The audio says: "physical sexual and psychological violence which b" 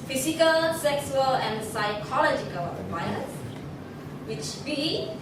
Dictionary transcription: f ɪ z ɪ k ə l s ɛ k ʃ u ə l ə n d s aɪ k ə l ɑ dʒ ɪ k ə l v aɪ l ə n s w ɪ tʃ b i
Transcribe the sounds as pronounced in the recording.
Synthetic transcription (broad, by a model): f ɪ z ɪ k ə l s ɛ k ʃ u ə l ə n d s aɪ k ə l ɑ dʒ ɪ k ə l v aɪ ə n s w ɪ tʃ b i